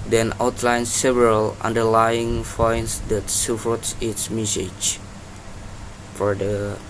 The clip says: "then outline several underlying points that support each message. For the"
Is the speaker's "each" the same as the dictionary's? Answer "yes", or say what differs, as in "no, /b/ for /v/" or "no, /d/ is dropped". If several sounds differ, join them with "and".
no, /s/ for /tʃ/